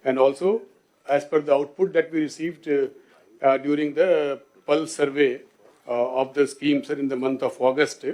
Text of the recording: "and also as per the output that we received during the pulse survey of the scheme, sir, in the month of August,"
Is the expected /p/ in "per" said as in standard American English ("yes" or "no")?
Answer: no